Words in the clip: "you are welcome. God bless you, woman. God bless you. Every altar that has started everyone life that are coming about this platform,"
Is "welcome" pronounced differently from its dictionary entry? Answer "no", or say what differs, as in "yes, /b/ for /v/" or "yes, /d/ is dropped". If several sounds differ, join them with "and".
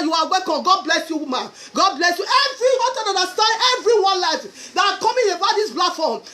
yes, /l/ is dropped